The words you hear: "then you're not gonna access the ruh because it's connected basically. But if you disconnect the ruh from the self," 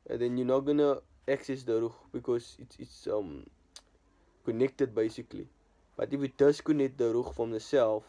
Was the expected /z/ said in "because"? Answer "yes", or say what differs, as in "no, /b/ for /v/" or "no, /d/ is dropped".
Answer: no, /s/ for /z/